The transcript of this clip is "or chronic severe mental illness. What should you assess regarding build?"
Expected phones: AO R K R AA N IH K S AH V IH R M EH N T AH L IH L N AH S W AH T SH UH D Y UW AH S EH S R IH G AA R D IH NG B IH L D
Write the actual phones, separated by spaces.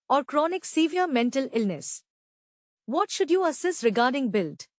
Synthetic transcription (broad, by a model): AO R K R AA N IH K S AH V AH R M EH N T AH L IH L N AH S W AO T SH UH D Y UW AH S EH S R IH G AA R D IH NG B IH L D